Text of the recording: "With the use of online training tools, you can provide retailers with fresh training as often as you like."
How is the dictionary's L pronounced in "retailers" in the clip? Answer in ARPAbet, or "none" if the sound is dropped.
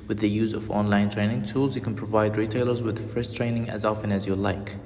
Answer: L